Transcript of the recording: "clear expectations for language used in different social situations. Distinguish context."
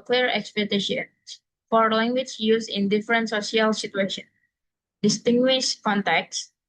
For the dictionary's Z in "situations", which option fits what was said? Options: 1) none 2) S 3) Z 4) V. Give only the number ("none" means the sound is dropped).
1